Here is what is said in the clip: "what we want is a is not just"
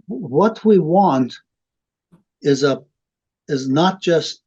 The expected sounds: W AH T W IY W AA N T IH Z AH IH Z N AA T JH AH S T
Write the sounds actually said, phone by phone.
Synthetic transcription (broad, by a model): W AH T W IY W AA N T IH Z AH IH Z N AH T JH AH S T